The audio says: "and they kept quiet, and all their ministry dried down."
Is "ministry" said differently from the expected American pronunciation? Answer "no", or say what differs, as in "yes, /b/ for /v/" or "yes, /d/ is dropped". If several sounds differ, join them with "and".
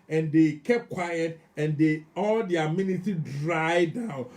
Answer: yes, /s/ is dropped and /ɹ/ is dropped